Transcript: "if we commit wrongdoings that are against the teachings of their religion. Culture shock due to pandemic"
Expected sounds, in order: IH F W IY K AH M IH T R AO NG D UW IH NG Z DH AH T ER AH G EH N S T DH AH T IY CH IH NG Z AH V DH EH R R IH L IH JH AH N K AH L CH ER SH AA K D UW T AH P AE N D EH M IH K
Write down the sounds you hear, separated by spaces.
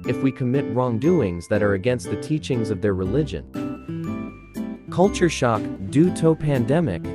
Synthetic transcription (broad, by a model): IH F W IY K AH M IH T R AO NG D UW IH NG Z DH AH T ER AH G EH N S T DH AH T IY CH IH NG Z AH V DH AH R R IH L IH JH AH N K AH L CH ER SH AA K D UW T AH P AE N D EH M IH K